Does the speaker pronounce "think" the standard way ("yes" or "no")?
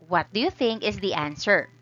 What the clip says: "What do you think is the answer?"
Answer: yes